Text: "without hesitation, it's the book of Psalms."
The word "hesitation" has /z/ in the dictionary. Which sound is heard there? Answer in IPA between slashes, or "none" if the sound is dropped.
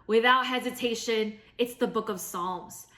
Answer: /z/